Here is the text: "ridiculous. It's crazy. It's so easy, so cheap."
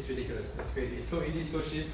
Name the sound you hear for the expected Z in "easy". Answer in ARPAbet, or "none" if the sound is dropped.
Z